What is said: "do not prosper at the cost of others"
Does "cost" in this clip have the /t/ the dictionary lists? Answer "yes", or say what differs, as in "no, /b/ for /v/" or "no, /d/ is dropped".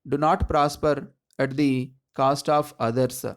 yes